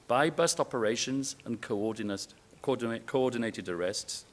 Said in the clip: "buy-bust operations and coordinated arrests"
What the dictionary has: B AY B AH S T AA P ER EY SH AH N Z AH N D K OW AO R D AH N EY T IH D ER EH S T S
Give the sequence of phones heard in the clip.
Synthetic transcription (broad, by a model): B AY B AH S T AA P ER EY SH AH N Z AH N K K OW AO D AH N EY T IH D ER EH S T S